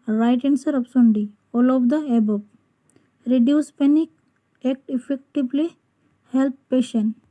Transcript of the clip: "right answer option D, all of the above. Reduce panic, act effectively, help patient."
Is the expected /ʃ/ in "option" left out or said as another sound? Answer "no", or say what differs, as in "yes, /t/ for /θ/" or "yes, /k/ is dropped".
yes, /s/ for /ʃ/